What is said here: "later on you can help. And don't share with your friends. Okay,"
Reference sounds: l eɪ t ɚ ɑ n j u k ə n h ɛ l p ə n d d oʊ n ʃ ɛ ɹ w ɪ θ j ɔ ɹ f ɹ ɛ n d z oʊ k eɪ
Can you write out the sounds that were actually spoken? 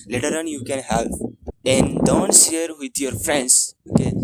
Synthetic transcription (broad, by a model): l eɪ t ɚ ɑ n j u k ə n h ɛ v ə n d d oʊ n s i ɹ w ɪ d j ɔ ɹ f ɹ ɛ n d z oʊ k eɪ